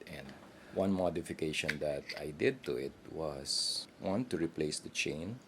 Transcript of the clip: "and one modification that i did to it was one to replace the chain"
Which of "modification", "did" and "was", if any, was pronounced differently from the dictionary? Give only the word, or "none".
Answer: was